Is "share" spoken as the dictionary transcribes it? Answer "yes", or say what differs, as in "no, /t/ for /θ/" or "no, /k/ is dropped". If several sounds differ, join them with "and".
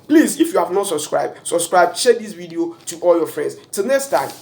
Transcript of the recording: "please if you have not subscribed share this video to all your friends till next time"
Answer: no, /s/ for /ʃ/